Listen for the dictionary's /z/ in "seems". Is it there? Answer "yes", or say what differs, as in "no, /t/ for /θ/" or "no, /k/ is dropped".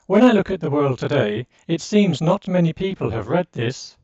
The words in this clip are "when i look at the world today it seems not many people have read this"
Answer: yes